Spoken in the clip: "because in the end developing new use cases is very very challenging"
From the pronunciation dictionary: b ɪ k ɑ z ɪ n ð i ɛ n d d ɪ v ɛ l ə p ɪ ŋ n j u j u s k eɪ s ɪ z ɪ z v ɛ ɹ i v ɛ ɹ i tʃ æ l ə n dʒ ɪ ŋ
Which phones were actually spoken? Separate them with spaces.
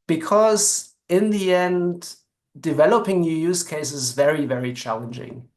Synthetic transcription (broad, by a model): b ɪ k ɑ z ɪ n ð i ɛ n d d ɪ v ɛ l ə p ɪ ŋ n j u j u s k eɪ ɪ s ɪ z v ɛ ɹ i v ɛ ɹ i tʃ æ l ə n dʒ ɪ ŋ